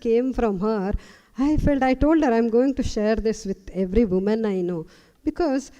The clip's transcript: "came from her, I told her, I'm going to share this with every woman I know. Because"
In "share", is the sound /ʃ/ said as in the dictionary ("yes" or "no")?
yes